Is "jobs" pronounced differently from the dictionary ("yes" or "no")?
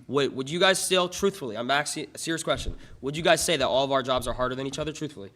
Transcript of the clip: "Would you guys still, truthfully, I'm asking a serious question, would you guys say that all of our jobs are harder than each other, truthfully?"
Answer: no